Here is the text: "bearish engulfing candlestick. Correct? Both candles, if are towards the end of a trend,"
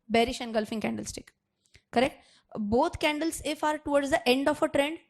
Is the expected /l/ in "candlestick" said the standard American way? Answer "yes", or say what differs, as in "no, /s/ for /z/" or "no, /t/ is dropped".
yes